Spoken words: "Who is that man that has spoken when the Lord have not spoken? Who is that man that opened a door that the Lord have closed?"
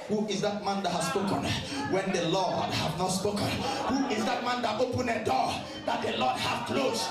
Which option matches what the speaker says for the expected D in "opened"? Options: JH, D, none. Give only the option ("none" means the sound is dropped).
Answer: none